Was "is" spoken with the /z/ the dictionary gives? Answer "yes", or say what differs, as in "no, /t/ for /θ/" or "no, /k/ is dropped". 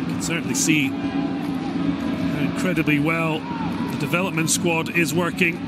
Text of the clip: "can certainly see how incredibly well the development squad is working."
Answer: yes